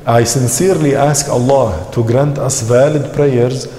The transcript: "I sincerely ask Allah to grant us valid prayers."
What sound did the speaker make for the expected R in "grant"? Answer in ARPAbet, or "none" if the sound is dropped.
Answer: R